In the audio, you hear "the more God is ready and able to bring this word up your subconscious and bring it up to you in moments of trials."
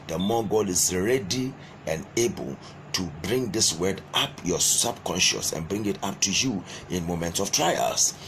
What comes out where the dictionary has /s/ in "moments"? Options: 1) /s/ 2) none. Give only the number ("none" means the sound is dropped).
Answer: 1